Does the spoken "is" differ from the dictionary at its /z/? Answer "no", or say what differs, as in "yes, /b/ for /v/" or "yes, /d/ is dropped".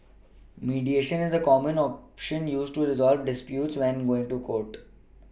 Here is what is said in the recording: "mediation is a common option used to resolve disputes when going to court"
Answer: no